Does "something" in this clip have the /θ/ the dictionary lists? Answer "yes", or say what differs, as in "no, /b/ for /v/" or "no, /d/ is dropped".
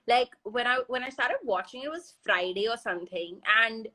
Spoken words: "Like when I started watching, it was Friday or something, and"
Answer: yes